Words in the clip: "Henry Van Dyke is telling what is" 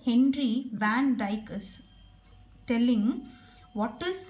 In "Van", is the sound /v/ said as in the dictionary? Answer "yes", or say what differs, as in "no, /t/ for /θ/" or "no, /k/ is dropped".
yes